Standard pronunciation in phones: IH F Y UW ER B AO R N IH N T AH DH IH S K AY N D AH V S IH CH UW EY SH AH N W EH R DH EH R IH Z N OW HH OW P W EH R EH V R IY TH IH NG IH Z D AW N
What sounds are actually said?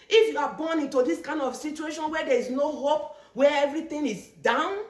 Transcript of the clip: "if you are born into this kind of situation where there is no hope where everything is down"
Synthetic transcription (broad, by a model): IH F Y UW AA B AO N IH N T AH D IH S K AY N D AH F S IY CH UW EY SH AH N W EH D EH R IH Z N OW HH OW P W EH EH V R IY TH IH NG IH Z D AW N